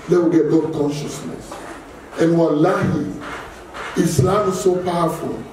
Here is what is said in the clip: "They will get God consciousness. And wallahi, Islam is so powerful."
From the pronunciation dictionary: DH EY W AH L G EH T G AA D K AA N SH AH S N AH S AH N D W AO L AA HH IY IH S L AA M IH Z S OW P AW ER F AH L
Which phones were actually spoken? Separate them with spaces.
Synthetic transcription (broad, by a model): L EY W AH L G EH T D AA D K AA N SH AH S N AH S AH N W AO L AA HH IY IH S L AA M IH S OW P AW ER F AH L